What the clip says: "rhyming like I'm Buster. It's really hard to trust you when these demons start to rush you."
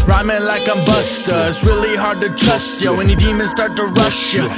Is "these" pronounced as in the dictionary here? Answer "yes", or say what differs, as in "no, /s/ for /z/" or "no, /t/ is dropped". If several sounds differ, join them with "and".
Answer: no, /z/ is dropped